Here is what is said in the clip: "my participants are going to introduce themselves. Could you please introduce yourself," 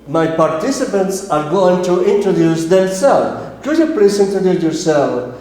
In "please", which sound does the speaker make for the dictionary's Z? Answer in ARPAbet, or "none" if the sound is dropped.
S